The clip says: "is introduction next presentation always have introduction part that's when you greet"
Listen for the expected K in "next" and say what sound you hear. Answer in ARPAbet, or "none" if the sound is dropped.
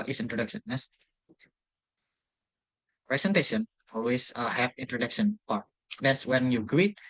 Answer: none